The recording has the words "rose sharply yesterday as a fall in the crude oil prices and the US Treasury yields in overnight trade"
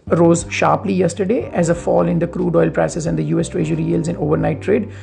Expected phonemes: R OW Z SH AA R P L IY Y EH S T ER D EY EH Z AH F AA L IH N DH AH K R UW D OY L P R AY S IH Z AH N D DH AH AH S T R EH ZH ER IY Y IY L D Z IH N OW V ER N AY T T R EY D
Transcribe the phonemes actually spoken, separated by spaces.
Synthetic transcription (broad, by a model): R OW Z SH AA R P L IY Y EH S T ER D EY EH Z AH F AA L IH N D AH K R UW D OY L P R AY S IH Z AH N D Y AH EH S T R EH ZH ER IY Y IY L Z IH N OW V ER N AY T T R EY D